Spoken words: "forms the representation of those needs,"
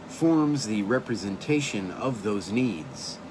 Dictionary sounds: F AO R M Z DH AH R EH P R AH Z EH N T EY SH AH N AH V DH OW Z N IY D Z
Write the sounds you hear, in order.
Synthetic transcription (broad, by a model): F AO R M Z DH AH R EH P R AH Z EH N T EY SH AH N AH V DH OW Z N IY D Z